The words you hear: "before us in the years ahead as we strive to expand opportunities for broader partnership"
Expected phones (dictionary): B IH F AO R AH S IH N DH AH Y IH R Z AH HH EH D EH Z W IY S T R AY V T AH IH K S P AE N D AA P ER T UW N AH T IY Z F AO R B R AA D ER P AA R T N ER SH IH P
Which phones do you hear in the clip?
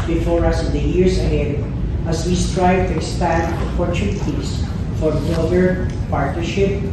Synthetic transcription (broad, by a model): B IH F AO R AH S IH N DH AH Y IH R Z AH HH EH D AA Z W IY S T R AY V T AH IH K S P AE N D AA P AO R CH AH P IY S F AO R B AA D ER P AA R T N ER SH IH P